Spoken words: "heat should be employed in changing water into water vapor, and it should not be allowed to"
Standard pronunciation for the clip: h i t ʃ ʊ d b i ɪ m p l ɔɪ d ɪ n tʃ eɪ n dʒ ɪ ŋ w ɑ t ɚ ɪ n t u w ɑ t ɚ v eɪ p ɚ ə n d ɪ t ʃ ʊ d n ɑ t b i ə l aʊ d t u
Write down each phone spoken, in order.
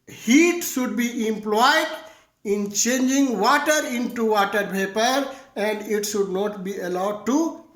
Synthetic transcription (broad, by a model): h i t ʃ ʊ d b i ɪ m p l ɔɪ d ɪ n tʃ eɪ n dʒ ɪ ŋ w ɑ t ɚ ɪ n t u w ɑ t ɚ p eɪ p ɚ ə n d ɪ t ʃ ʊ d n ɑ t b i ə l aʊ d t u